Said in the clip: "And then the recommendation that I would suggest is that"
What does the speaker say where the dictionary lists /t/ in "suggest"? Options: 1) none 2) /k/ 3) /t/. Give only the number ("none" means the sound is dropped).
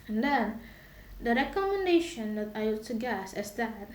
1